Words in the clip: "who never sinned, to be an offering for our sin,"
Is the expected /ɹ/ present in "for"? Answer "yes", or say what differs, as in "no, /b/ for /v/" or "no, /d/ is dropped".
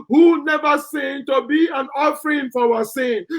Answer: no, /w/ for /ɹ/